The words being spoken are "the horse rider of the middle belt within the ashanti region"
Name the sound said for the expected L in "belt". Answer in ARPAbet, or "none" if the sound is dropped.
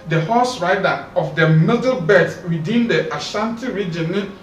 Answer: none